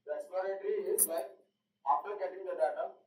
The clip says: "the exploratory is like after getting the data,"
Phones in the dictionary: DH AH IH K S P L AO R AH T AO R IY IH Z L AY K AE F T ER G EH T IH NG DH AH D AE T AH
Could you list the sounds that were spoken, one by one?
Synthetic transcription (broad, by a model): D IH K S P AO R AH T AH R IY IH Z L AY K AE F T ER G EH T IH NG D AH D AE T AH